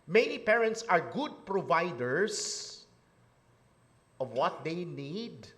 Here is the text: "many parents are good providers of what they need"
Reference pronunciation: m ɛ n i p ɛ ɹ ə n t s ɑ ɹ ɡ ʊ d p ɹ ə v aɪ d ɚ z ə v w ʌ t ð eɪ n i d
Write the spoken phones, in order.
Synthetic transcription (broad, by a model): m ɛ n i p ɛ ɹ ə n t s ɑ ɹ ɡ ʊ d p ɹ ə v aɪ d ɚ s ə v w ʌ t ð eɪ n i d